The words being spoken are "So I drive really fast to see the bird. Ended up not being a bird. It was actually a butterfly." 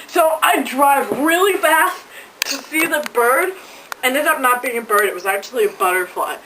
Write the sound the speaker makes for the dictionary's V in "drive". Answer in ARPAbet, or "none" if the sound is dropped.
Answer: V